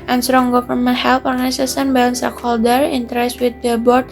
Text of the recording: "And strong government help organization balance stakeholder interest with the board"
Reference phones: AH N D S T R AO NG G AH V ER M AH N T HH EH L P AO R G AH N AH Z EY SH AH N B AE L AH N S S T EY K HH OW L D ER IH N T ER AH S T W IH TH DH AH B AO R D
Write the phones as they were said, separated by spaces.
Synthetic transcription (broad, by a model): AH N S T R AO NG G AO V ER M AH N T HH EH L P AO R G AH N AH S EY S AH N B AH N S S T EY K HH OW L D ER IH N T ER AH S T W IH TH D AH B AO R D